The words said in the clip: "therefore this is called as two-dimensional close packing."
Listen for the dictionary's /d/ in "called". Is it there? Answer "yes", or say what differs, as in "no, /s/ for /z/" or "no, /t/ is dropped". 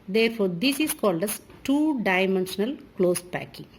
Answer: yes